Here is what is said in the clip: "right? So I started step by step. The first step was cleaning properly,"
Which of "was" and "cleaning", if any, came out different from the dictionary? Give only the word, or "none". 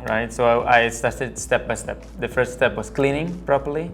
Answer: was